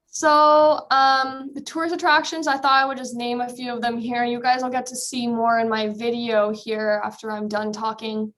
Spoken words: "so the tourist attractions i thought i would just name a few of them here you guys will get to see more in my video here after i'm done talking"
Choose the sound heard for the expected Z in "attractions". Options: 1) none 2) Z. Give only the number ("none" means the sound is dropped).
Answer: 2